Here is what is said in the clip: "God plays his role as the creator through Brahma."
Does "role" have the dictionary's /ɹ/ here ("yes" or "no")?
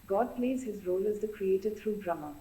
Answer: yes